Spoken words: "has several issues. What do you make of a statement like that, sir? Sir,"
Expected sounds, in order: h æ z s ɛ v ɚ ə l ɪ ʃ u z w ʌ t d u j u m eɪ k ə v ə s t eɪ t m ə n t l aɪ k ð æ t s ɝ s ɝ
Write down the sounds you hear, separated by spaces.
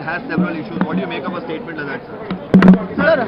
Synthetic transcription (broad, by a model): h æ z s ɛ v ɚ ə l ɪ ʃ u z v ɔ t d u j u m eɪ k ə p ə s t eɪ t m ə n t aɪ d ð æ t s ɝ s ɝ